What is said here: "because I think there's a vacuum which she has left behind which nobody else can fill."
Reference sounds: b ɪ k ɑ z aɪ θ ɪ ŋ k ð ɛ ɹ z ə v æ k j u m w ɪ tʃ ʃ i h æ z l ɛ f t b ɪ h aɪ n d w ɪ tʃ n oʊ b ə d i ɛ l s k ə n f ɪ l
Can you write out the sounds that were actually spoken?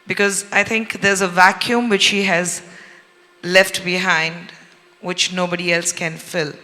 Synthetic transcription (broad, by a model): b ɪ k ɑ z aɪ t ɪ ŋ k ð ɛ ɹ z ə v æ k j u m w ɪ tʃ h i h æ z l ɛ f t b ɪ h aɪ n d w ɪ tʃ n oʊ b ə d i ɛ l s k ə n f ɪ l